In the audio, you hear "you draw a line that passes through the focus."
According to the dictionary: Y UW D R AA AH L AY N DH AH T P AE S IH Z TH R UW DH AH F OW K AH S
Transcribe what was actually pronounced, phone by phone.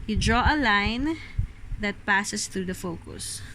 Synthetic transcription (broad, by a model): Y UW D R AA AH L AY N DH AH T P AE S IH S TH R UW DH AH F OW K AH S